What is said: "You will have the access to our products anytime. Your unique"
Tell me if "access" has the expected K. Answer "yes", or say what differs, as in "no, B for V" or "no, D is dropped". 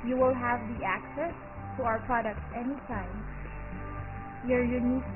yes